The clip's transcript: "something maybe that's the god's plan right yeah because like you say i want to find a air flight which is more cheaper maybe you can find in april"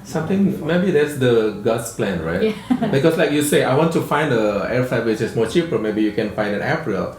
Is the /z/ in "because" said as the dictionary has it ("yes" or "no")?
no